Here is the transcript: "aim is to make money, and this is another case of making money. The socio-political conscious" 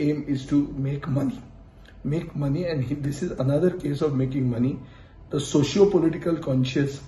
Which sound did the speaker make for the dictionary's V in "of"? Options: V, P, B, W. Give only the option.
V